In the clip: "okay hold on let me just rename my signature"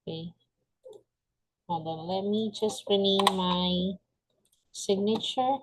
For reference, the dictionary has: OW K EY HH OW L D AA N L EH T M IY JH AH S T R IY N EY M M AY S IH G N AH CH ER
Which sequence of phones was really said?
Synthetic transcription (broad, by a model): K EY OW D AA L EH T M IY JH AH S T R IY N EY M M AY S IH G N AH CH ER